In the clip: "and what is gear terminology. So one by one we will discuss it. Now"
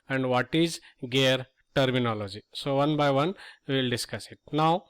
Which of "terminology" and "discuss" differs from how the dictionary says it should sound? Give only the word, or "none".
none